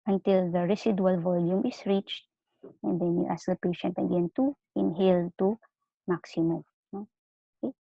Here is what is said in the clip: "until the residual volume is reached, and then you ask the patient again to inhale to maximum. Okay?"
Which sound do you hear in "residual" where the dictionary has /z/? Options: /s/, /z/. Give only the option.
/s/